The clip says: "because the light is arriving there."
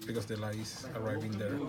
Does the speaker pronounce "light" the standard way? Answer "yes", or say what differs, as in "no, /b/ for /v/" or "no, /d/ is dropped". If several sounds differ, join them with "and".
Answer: no, /t/ is dropped